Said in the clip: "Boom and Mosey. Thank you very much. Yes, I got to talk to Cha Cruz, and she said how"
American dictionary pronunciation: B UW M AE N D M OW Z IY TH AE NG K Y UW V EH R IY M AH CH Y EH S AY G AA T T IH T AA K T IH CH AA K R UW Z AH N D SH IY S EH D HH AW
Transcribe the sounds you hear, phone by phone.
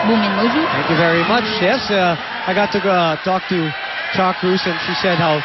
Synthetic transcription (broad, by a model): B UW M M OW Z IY TH AE NG K Y UW V EH R IY M AH CH Y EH S AY G AA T T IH T AA K T IH CH AA K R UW S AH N SH IY S EH D HH AW